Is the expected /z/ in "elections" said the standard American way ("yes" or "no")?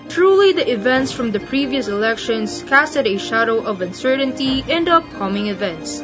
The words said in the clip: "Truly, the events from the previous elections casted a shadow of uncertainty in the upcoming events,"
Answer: no